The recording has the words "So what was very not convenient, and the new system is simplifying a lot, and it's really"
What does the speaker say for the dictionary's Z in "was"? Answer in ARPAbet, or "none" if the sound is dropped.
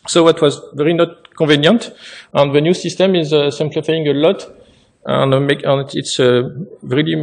Z